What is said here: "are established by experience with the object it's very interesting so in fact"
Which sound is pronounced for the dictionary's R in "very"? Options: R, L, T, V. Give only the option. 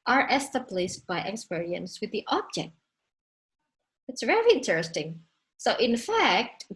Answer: L